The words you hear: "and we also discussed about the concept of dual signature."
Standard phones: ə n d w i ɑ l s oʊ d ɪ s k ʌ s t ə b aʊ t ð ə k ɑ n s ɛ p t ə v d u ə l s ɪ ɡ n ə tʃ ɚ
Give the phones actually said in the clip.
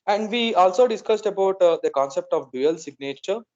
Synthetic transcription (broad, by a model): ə n d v i ɑ l s oʊ d ɪ s k ʌ s t ə b aʊ t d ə k ɑ n s ɛ p t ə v d u ə l s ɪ ɡ n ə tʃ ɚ